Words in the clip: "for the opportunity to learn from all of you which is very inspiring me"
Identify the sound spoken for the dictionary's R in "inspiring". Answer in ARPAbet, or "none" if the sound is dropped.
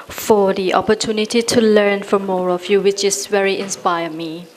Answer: none